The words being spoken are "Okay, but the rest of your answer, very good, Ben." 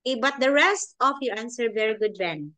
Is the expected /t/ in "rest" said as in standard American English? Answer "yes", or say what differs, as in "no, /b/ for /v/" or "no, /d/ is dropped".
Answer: yes